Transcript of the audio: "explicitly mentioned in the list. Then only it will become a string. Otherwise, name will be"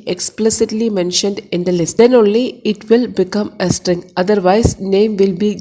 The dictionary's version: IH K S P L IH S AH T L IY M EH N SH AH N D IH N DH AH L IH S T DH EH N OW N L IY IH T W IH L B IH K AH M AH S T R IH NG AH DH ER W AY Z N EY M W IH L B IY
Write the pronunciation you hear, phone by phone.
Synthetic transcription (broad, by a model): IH K S P L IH S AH T L IY M EH N SH AH N D IH N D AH L IH S T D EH N OW N L IY IH T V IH L B IH K AH M AH S T R IH NG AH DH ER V AY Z N EY M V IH L B IY